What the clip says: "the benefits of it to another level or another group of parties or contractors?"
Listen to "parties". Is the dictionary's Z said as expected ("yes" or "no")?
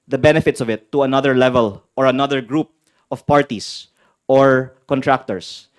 no